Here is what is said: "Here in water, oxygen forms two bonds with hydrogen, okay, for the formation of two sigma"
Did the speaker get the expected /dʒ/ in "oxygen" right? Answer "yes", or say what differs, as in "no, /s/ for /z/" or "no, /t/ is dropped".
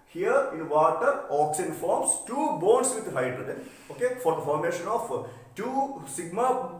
no, /dʒ/ is dropped